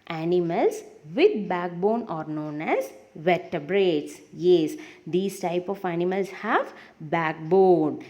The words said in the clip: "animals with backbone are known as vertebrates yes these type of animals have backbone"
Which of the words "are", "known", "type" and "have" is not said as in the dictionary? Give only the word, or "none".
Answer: none